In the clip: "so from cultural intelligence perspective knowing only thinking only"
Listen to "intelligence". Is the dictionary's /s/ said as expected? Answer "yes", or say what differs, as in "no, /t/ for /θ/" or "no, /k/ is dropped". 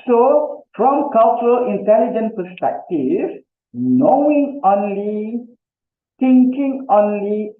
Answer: no, /s/ is dropped